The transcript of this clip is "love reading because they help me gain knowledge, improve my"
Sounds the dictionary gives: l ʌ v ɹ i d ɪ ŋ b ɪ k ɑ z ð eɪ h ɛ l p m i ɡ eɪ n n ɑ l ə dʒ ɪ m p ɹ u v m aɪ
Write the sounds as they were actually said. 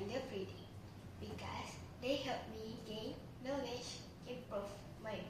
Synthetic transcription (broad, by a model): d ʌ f ɹ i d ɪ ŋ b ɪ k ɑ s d eɪ h ɛ l p m i ɡ eɪ n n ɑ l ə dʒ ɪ p ɔ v m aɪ